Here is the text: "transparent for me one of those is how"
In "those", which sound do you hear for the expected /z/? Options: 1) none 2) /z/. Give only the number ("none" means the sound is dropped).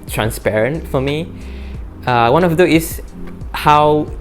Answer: 1